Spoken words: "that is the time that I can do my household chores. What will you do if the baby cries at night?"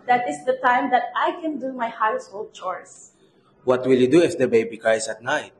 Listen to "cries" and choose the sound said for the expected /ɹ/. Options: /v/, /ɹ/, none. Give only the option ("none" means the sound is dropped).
none